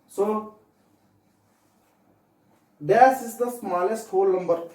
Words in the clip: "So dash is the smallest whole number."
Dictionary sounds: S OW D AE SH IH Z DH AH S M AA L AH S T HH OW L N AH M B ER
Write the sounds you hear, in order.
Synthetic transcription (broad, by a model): S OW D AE S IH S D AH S M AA L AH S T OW L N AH M B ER